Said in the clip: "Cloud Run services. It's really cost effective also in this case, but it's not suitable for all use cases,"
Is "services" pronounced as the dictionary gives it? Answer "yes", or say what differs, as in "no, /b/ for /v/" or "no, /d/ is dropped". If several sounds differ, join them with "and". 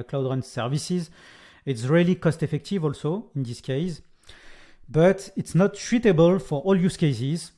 yes